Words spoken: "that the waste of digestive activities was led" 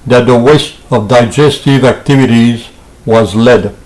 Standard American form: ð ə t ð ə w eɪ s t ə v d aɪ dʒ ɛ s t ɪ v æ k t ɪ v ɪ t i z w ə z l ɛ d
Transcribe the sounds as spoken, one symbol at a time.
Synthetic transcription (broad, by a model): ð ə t ð ə w eɪ s t ə v d aɪ dʒ ɛ s t ɪ v æ k t ɪ v ɪ t i z w ə z l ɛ d